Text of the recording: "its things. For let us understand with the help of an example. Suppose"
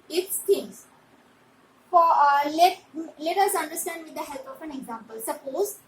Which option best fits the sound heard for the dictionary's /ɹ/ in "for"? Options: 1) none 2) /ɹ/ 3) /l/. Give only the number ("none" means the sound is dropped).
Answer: 3